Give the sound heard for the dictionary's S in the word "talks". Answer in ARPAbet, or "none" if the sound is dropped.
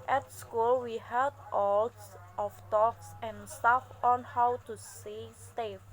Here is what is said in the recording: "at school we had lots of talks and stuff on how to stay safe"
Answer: S